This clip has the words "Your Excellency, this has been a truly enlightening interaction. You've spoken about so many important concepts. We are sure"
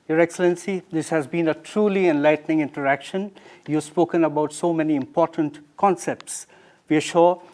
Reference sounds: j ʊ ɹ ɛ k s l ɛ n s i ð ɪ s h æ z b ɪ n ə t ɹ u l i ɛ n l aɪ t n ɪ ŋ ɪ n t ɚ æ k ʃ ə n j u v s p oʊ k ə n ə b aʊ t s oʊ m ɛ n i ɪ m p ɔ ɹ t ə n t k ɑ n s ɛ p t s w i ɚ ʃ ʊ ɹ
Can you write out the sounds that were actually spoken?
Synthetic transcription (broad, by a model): j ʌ ɹ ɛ k s l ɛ n s i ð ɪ s h æ z b ɪ n ə t ɹ u l i ɛ n l aɪ t n ɪ ŋ ɪ n t ɚ æ k ʃ ə n j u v s p oʊ k ə n ə b aʊ t s oʊ m ɛ n i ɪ m p ɔ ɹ t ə n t k ɑ n s ɛ p t s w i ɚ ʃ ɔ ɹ